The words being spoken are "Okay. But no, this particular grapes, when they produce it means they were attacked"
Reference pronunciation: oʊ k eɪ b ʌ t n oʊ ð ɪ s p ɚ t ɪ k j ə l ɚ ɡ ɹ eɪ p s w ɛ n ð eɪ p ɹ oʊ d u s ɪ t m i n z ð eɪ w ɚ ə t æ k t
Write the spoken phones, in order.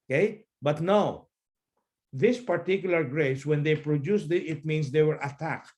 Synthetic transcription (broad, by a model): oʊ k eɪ b ʌ t n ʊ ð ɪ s p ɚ t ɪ k j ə l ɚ ɡ ɹ eɪ s w ɛ n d eɪ p ɹ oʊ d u s ɪ t m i n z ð eɪ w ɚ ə t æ k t